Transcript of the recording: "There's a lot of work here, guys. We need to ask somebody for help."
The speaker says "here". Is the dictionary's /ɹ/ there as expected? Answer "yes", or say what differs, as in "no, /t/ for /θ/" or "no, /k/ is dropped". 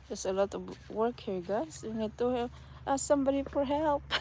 yes